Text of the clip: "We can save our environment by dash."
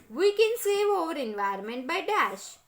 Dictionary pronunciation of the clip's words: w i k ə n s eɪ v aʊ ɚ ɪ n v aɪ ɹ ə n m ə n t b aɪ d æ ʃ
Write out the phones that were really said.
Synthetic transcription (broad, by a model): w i k ə n s eɪ v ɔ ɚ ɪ n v aɪ ə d m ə n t b aɪ d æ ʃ